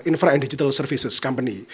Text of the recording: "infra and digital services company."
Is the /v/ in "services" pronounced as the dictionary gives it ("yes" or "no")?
no